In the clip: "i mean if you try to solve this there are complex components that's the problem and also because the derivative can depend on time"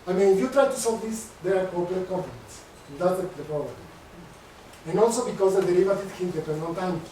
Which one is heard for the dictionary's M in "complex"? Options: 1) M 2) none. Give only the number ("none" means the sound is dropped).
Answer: 2